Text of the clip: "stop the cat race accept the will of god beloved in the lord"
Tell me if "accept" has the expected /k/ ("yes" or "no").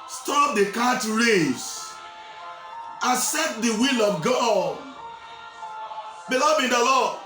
no